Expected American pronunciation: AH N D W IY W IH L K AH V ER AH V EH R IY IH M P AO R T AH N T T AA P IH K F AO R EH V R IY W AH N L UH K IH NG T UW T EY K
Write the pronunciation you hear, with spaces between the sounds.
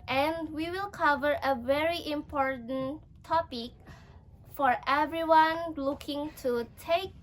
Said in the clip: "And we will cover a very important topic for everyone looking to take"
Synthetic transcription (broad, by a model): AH N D W IY W IH L K AH V ER AH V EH R IY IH M P AO R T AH N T T AA P IH K F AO R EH V R IY W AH N L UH K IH NG T UW T EY K